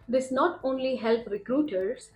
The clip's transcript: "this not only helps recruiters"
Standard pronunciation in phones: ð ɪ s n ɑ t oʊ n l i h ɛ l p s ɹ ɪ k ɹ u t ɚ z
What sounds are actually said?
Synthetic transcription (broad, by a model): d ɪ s n ɑ t oʊ n l i h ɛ l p ɹ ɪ k ɹ u t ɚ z